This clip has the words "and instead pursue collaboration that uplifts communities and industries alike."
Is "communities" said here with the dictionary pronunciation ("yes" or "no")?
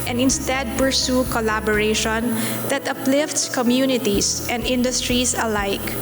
no